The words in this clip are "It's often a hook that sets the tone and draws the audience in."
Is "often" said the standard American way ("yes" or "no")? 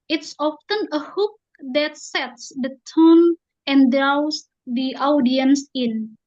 yes